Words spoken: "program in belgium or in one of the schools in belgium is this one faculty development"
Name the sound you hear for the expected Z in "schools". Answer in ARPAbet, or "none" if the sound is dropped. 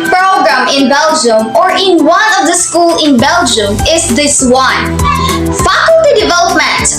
none